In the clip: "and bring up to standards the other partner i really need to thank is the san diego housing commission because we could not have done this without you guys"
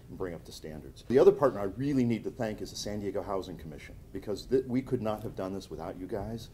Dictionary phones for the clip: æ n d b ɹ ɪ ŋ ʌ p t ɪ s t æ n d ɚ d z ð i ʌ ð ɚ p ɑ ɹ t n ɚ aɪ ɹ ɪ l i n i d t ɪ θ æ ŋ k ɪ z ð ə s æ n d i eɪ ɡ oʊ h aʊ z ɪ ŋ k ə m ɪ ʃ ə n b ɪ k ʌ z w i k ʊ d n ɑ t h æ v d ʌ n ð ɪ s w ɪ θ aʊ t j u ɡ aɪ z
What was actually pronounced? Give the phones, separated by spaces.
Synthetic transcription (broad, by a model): n b ɹ ɪ ŋ ʌ p t ɪ s t æ n d ɚ d z ð i ʌ ð ɚ p ɑ ɹ t n ɚ aɪ ɹ ɪ l i n i d t ɪ θ æ ŋ k ɪ z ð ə s æ n d i eɪ ɡ oʊ h aʊ z ɪ ŋ k ə m ɪ ʃ ə n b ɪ k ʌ z w i k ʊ d n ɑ t h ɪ v d ʌ n ð ɪ s w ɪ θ aʊ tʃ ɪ ɡ aɪ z